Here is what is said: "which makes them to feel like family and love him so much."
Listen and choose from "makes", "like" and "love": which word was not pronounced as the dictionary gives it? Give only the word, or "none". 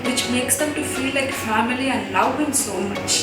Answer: love